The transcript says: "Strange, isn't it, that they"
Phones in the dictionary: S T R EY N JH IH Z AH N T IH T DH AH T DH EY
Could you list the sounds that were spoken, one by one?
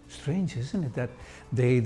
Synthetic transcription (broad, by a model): S T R EY N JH IH Z AH N T IH T DH AH T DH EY